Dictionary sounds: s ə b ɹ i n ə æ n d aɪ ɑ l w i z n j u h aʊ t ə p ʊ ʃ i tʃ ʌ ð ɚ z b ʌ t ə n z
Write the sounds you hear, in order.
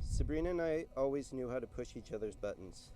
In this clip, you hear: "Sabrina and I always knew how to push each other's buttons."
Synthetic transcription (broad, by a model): s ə b ɹ i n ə n aɪ ɑ l w i z n j u h aʊ t ə p ʊ ʃ i tʃ ʌ ð ɚ z b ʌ t n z